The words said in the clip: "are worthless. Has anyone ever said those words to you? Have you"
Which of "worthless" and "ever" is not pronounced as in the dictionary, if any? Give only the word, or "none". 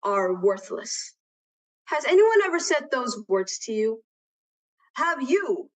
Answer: none